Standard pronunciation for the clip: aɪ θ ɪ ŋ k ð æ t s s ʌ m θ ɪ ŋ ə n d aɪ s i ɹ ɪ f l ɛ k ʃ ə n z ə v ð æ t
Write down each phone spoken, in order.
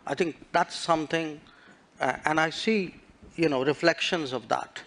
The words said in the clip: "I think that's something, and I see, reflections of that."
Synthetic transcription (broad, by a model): aɪ t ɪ ŋ k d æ t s s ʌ m t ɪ ŋ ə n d aɪ s i ɹ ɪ f l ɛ k ʃ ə n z ə v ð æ t